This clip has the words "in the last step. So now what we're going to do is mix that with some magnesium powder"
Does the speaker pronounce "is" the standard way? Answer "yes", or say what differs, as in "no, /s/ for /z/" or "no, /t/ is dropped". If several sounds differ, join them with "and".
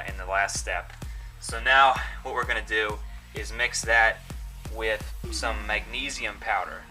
yes